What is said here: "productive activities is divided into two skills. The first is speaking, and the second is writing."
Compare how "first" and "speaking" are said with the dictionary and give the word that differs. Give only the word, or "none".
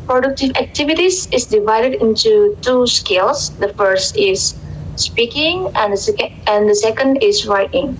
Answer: none